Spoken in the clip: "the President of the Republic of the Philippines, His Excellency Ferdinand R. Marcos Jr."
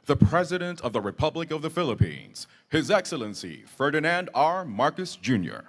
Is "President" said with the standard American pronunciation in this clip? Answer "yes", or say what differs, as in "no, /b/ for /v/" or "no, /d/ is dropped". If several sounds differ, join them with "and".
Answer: yes